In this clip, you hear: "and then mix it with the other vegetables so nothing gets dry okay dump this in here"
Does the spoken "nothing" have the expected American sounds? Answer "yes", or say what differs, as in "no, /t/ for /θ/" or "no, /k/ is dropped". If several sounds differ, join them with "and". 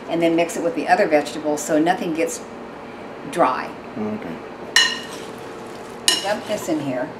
yes